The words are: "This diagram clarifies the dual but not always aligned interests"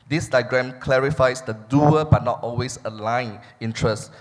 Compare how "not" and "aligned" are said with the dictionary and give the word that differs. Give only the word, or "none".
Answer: aligned